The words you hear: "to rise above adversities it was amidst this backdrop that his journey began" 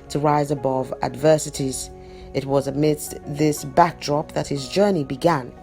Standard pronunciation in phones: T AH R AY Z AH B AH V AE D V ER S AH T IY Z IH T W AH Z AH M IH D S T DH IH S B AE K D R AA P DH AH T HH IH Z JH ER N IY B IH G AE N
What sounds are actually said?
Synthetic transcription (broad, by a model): T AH R AY Z AH B AH V AE D V ER S AH T IY Z IH T W AH Z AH M IH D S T DH IH S B AE K D R AA P DH AH T HH IH Z JH ER N IY B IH G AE N